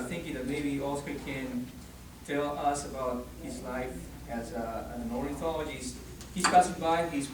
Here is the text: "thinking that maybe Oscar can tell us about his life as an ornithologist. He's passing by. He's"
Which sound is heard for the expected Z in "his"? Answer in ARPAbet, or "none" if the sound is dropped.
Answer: Z